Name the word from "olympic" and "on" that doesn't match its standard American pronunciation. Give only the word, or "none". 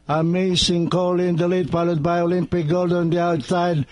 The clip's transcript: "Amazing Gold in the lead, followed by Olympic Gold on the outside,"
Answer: none